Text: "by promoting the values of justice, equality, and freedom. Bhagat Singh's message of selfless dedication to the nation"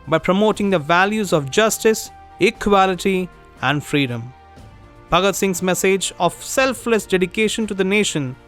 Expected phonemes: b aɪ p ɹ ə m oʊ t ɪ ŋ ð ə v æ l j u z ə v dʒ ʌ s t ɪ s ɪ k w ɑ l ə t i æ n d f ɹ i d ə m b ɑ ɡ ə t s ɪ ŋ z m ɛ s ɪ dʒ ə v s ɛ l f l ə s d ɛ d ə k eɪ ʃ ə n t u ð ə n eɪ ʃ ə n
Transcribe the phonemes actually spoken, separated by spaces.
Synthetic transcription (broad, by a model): b aɪ p ɹ ə m oʊ t ɪ ŋ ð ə v æ l j u z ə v dʒ ʌ s t ɪ s ɪ k w ɑ l ə t i æ n d f ɹ i d ə m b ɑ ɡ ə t s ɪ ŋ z m ɛ s ɪ dʒ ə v s ɛ l f l ə s d ɛ d ə k eɪ ʃ ə n t u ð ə n eɪ ʃ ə n